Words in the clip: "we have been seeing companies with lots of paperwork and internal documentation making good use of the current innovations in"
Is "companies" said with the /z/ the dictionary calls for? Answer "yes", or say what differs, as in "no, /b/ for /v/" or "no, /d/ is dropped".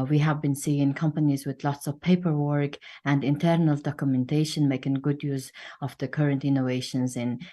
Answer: yes